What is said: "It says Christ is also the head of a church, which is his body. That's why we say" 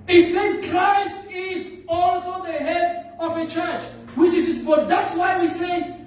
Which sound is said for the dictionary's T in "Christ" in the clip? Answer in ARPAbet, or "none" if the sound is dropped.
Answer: T